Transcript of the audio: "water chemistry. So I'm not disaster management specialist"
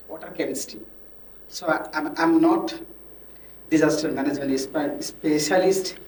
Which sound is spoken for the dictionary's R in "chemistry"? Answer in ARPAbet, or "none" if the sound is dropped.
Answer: none